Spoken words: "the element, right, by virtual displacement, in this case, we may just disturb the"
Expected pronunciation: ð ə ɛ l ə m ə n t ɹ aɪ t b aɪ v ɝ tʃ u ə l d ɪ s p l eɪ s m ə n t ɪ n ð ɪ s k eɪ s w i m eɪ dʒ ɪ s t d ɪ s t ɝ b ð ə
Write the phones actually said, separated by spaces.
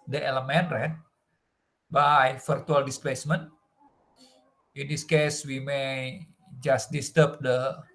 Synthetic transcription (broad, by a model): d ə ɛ l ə m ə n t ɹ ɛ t b aɪ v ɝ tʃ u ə l d ɪ s p l eɪ s m ə n t ɪ n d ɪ s k eɪ s w i m eɪ dʒ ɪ s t d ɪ s t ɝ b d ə